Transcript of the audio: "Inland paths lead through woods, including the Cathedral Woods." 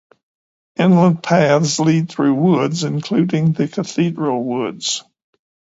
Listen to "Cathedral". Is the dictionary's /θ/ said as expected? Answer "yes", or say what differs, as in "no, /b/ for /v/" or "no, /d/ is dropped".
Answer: yes